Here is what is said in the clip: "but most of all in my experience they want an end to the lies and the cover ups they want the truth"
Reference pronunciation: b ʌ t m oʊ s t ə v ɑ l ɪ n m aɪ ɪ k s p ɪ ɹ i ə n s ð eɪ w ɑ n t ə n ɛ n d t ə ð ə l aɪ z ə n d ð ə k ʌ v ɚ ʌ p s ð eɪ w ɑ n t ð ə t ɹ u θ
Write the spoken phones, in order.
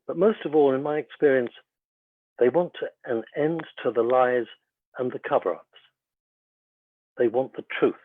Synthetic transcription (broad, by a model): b ʌ t m oʊ s t ə v ɑ l ɪ n m aɪ ɪ k s p ɪ ɹ i ə n s ð eɪ w ɑ n t ə n ɛ n t ə ð ə l aɪ z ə n ð ə k ʌ v ɚ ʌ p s ð eɪ w ɑ n ð ə t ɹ u θ